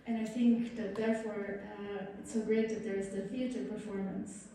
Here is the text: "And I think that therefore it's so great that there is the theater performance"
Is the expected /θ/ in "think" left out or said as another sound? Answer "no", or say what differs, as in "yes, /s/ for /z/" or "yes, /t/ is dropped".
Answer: no